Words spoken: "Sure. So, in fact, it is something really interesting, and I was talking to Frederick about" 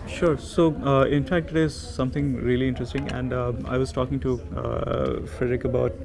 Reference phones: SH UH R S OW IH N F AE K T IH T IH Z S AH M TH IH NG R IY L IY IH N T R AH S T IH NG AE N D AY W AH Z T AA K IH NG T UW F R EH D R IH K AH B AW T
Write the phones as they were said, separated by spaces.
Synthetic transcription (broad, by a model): SH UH R S OW IH N F AE K T IH T IH Z S AH M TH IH NG R IY L IY IH N T R AH S T IH NG AE N D AY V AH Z T AA K IH NG T UW F R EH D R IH K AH B AW T